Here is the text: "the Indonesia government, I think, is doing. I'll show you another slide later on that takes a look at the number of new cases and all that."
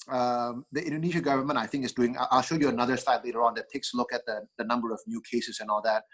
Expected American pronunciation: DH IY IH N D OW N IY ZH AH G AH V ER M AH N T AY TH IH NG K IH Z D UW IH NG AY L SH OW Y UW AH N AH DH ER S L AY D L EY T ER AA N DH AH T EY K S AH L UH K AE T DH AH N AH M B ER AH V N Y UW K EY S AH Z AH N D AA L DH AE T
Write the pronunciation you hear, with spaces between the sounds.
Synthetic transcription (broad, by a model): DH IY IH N D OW N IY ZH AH G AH V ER M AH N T AY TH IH NG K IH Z D UW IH NG AY L SH OW Y UW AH N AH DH ER S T AY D L EY T ER AA N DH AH T EY K S L UH K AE T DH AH N AH M B ER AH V N Y UW K EY S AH S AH N AA L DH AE T